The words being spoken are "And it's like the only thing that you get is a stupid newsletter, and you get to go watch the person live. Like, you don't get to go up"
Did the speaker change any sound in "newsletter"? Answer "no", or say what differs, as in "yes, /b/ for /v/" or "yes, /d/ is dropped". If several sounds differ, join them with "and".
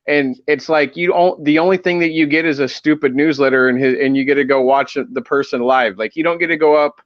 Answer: no